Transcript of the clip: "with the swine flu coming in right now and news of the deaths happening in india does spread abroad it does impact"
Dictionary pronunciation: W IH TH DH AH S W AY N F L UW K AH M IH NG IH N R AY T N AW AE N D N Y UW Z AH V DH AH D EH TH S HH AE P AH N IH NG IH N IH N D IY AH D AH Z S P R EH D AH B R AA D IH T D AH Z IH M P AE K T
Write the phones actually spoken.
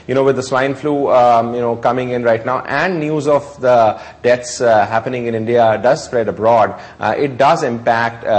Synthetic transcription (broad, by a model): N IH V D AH S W AY N F L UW K AH M IH NG IH N R AY T N AW AE N D N Y UW Z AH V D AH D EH T S HH AE P AH N IH NG IH N IH N D IY AH D AH Z S P R EH D AH B R AA D IH T D AH Z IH M P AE K T